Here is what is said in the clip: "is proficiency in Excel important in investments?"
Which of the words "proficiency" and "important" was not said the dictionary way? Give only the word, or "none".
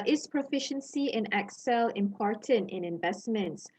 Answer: none